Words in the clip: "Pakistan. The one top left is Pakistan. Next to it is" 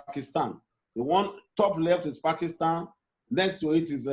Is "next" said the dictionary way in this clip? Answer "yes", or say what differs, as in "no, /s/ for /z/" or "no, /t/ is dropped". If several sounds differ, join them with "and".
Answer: yes